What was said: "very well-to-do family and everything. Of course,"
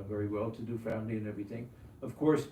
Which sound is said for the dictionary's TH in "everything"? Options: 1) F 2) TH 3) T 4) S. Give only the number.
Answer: 2